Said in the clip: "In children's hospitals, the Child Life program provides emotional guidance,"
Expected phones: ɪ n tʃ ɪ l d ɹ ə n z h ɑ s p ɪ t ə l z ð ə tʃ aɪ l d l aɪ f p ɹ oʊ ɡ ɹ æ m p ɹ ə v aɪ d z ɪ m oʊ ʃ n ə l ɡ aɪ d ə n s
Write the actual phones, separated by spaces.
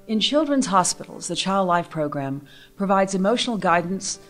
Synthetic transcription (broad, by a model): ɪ n tʃ ɪ l d ɹ ə n z h ɑ s p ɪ t l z ð ə tʃ aɪ l d l aɪ f p ɹ oʊ ɡ ɹ æ m p ɹ ə v aɪ d z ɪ m oʊ ʃ n l ɡ aɪ d n s